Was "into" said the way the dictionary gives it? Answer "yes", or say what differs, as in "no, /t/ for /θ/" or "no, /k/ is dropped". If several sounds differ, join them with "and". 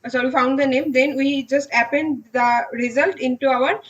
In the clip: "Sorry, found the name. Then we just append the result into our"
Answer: yes